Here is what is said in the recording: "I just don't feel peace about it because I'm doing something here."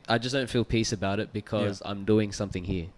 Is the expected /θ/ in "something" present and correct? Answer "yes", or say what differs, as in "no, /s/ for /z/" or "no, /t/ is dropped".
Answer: yes